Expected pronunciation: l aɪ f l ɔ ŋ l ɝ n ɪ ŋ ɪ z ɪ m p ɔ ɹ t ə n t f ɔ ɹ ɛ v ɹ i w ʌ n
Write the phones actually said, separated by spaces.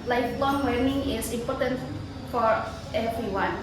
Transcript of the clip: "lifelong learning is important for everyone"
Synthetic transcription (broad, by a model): l aɪ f l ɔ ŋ w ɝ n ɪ ŋ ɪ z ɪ m p ɔ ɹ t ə n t f ɔ ɹ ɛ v ɹ i w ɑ n